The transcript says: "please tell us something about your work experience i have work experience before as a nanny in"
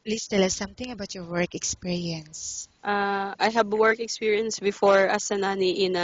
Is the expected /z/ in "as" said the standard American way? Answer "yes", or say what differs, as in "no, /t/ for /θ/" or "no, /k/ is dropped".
no, /s/ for /z/